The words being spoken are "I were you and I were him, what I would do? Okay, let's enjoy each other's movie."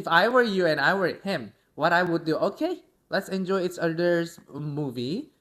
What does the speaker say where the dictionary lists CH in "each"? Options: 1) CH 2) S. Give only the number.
2